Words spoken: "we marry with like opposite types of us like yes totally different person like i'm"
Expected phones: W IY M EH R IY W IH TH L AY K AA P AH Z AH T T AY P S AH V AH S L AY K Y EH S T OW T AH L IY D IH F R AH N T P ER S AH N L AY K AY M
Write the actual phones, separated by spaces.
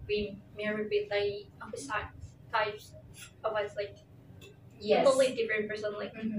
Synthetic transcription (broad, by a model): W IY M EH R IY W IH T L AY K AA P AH S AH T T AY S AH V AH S L AY K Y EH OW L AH IY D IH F R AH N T P ER S AH N L AY K